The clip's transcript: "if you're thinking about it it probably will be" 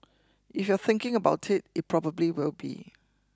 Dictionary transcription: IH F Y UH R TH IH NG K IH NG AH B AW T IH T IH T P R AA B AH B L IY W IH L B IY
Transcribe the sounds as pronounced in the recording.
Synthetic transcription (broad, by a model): IH F Y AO TH IH NG K IH NG AH B AW T IH T IH T P R AA B AH B L IY W IH L B IY